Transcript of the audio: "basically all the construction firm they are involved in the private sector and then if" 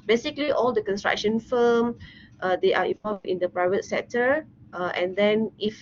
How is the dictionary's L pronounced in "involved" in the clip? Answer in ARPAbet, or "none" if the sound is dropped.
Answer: none